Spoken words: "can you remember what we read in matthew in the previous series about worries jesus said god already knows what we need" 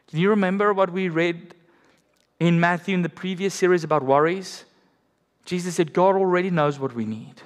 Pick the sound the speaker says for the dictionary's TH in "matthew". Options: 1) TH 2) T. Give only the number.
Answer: 1